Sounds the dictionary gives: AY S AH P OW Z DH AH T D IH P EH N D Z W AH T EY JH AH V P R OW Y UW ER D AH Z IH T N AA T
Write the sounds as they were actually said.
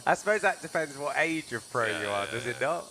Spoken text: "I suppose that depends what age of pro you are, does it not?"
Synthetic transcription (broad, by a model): AY S AH P OW Z DH AH T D IH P EH N D Z W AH T EY JH AH V P R OW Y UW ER D AH Z IH T N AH T